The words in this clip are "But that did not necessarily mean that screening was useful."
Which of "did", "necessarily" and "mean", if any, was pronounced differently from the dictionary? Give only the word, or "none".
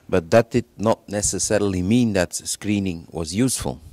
none